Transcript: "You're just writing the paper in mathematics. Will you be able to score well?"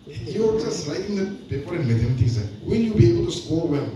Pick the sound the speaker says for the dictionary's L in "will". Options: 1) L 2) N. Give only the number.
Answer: 2